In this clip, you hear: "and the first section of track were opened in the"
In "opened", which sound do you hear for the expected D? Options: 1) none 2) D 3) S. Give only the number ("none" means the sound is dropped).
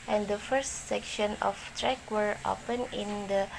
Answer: 1